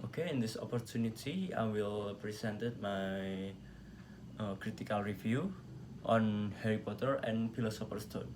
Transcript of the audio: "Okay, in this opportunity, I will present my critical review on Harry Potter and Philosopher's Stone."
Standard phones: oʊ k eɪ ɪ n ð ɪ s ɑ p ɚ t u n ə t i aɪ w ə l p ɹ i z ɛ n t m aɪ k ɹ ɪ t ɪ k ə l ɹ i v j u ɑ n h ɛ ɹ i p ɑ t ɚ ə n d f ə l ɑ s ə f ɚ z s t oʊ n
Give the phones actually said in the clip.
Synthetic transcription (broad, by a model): oʊ k eɪ ɪ n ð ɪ s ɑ p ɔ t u n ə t i aɪ w ə l p ɹ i s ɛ n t m aɪ k ɹ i t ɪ k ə l ɹ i f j u ɑ n h ɛ ɹ i p ɑ t ɚ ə n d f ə l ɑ s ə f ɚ s t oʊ n